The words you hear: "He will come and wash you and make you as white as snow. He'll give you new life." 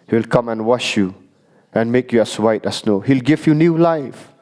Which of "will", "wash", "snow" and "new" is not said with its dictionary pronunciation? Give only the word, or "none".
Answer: none